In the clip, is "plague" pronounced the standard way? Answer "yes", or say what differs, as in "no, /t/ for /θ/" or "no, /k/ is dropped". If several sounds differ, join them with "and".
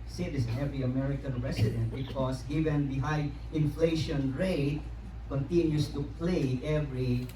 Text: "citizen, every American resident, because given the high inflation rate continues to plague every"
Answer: no, /ɡ/ is dropped